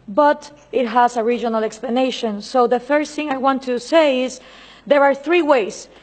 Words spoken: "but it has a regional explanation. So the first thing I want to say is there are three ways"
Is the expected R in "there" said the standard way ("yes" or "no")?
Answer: yes